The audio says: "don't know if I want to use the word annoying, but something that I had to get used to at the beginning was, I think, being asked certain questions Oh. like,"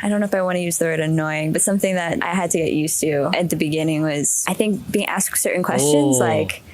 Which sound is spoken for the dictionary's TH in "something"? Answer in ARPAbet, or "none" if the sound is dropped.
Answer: TH